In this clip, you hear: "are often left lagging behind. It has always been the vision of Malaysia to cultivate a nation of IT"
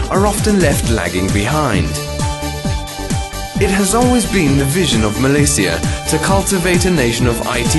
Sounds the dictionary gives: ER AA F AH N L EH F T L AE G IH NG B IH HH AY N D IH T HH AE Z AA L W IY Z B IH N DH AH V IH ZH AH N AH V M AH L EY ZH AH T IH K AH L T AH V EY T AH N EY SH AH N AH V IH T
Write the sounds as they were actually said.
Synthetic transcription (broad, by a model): ER AA F AH N L EH F T L AE G IH NG B IH HH AY N D IH T HH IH Z AA L W IY Z B IH N DH AH V IH ZH AH N AH V M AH L EY S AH T IH K AH L T AH V EY T AH N EY SH AH N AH V IH T